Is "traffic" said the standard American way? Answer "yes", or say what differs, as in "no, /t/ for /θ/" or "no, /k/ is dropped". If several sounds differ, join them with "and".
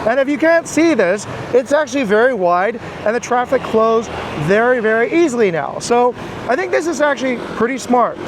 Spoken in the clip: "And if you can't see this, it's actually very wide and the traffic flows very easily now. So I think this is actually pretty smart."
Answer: yes